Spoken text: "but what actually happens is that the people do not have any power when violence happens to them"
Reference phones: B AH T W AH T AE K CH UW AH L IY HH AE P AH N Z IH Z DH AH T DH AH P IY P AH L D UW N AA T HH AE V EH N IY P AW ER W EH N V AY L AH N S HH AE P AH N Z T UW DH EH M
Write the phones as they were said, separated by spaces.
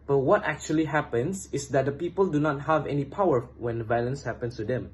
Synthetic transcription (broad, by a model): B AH T W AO T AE K CH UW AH L IY HH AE P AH N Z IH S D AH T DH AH P IY P AH L D UW N AA T HH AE V EH N IY P AW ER W EH N V AY L AH N S HH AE P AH N S T UW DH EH M